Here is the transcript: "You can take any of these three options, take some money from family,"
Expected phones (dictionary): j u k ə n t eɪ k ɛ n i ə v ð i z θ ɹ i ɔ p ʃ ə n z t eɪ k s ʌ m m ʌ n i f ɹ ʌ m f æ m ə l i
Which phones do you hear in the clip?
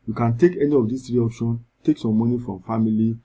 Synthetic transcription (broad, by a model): j u k ə n t eɪ k ɛ n i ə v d i s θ ɹ i ɔ p ʃ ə n t eɪ k s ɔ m m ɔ n i f ɹ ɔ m f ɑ m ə l i